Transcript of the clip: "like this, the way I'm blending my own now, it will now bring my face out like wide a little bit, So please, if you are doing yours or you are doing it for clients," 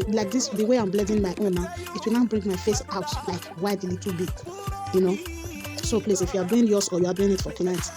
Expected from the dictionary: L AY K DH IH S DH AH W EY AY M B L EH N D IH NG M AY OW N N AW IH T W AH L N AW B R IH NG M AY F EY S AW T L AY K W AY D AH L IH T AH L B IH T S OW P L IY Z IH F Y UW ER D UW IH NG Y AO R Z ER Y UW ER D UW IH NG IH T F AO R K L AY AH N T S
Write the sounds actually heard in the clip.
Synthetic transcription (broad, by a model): L AY K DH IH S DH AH W EY AY M B L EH D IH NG M AY OW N N AW IH T W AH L N AW B R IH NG M AY F EY S AW T L AY K W AY D L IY T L B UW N S OW P L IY S IH F Y UW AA D UW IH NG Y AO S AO Y UW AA D UW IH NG IH T F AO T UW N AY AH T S